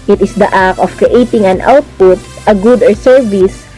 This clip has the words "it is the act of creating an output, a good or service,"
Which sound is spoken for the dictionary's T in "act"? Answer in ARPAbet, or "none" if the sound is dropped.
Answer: none